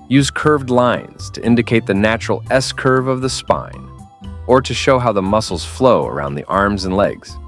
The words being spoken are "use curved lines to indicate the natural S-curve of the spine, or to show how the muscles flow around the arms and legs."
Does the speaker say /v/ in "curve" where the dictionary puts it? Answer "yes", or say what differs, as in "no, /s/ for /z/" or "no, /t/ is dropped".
yes